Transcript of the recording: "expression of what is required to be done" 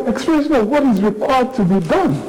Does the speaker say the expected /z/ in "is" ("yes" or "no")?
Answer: yes